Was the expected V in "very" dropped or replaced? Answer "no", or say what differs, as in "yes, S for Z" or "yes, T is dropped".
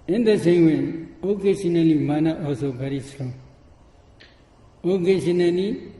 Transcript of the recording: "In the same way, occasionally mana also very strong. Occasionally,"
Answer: yes, B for V